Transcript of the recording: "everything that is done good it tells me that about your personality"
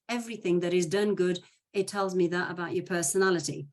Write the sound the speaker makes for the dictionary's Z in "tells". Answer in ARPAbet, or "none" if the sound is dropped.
Z